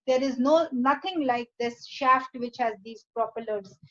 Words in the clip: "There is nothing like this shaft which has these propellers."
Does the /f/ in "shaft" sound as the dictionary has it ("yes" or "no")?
yes